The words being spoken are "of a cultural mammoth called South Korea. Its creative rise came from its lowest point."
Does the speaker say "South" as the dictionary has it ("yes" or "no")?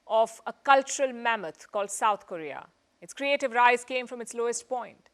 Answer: no